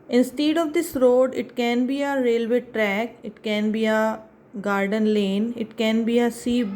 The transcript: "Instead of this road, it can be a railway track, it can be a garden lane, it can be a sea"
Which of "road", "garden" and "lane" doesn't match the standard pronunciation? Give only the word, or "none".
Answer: none